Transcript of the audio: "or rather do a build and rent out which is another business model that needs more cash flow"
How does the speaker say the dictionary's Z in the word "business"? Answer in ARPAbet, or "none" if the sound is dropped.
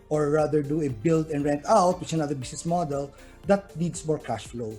S